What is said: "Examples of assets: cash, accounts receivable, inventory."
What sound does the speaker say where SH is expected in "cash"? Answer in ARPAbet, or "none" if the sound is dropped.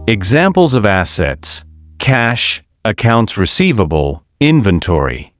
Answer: SH